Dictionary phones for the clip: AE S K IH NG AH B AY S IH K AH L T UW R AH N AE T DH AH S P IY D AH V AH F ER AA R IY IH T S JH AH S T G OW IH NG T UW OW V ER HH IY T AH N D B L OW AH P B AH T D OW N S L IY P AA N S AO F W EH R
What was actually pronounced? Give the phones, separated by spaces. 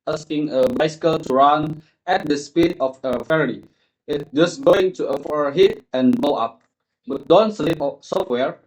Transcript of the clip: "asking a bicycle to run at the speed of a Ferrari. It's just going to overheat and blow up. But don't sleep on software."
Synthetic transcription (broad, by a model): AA S K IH NG AH B AY S IH K AH L T UW R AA N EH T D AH S P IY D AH F AH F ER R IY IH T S JH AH S G OW IH NG T UW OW F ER HH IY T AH N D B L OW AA P B AH T D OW N S L IY P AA S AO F W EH R